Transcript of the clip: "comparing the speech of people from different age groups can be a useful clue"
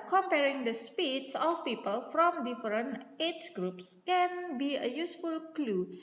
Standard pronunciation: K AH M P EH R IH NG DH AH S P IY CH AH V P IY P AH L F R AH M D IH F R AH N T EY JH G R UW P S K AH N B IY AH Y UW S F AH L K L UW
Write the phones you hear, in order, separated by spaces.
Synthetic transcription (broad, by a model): K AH M P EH R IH NG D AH S P IY S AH F P IY P AH L F R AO M D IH F R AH N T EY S G R UW P S K AH N B IY AH Y UW S F AH L K L UW